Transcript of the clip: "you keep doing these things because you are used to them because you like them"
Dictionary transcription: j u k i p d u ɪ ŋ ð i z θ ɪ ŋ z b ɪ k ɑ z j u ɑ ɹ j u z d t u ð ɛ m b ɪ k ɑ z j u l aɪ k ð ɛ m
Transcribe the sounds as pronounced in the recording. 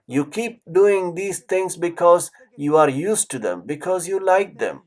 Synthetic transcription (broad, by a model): j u k i p d u ɪ ŋ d i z t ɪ ŋ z b ɪ k ɑ z j u ɑ ɹ j u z t u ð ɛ m b ɪ k ɑ z j u l aɪ k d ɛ m